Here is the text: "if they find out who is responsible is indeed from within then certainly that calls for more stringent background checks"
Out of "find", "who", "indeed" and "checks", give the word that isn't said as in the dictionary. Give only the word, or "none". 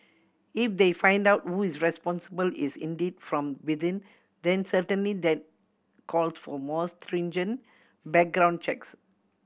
none